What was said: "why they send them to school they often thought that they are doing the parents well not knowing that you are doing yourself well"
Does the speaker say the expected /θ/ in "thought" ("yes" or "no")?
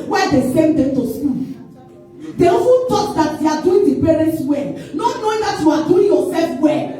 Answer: no